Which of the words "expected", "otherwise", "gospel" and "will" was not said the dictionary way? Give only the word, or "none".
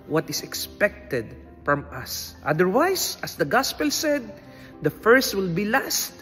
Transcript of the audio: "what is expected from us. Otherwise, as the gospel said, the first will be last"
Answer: otherwise